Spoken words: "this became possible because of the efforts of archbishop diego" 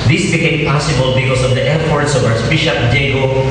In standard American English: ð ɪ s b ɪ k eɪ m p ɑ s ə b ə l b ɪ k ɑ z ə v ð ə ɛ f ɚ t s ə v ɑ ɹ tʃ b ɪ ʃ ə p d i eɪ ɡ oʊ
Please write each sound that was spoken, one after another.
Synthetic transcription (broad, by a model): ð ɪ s b ɪ k eɪ m p ɑ s ə b ə l b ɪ k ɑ s ə v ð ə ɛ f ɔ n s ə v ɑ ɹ s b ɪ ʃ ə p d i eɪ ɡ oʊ